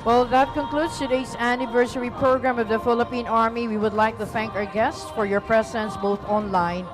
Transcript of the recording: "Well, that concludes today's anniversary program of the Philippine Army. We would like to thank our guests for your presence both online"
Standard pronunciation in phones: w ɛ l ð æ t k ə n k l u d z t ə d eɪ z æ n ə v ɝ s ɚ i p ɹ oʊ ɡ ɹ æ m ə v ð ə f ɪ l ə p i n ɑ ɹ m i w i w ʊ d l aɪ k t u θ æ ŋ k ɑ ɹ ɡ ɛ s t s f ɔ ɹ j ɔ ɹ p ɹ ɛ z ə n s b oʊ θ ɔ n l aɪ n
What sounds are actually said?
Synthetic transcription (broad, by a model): w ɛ l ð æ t k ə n k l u d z t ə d eɪ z æ n ə v ɝ s ɚ i p ɹ oʊ ɡ ɹ æ m ə v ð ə f ɪ l ə p i n ɑ ɹ m i w i w ʊ d l aɪ k t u θ æ ŋ k ɑ ɹ ɡ ɛ s t s f ɔ ɹ j ɔ ɹ p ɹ ɛ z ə n s b oʊ θ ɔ n l aɪ n